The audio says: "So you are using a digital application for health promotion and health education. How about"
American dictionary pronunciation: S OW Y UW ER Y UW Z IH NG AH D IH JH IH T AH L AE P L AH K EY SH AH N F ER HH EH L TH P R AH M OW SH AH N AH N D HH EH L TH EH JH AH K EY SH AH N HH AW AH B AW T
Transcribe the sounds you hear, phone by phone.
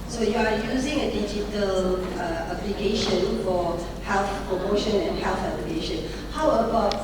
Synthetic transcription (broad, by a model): S OW Y UW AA Y UW Z IH NG AH D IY JH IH T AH L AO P L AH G EY SH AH N F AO HH EH L TH P R AH M OW SH AH N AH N HH EH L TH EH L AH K EY SH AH N HH AW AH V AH